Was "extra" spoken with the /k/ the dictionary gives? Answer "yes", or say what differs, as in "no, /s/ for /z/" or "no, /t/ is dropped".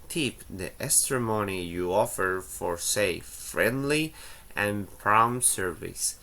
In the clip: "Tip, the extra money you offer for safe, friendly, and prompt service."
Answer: no, /k/ is dropped